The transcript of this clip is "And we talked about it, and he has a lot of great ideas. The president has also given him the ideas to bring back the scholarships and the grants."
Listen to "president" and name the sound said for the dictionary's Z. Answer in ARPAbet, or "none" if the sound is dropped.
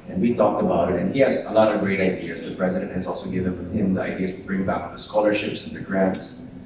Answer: Z